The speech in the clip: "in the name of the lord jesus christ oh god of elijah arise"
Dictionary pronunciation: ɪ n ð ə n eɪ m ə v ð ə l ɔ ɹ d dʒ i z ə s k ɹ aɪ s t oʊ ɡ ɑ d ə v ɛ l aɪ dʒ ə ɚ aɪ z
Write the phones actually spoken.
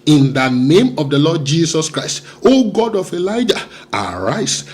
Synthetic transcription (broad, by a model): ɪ n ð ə n eɪ m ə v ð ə l ɔ d dʒ i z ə s k ɹ aɪ s t oʊ ɡ ɑ d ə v ɛ l aɪ dʒ ə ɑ aɪ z